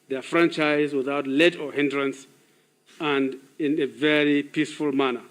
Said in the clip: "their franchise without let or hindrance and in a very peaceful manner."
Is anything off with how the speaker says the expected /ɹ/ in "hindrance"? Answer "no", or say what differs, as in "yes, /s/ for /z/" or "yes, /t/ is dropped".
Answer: no